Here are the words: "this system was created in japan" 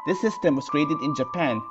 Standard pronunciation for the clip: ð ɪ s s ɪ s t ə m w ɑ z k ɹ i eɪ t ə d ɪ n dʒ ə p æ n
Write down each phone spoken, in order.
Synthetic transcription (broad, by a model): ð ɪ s s ɪ s t ə m w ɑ s k ɹ i eɪ t ə d ɪ n dʒ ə p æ n